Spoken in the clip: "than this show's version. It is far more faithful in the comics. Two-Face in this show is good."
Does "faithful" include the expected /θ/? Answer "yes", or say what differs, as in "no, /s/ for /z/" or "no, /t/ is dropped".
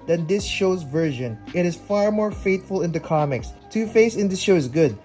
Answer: no, /t/ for /θ/